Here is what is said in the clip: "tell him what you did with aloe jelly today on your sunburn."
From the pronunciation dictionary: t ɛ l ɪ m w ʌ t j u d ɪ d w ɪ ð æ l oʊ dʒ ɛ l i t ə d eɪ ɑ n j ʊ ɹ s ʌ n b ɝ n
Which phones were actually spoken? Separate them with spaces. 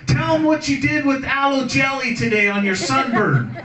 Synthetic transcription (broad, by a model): t ɛ l ɪ m w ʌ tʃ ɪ d ɪ d w ɪ ð æ l oʊ dʒ ɛ l i t ə d eɪ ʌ n j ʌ ɹ s ʌ n b ɝ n